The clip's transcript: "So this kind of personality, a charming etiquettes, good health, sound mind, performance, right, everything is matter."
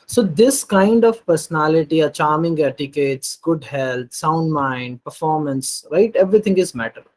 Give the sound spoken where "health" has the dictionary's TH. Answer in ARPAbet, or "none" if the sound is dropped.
T